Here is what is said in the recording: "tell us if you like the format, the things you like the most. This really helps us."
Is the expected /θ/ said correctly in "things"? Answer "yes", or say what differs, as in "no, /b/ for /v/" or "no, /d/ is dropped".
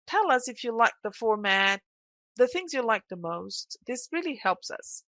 yes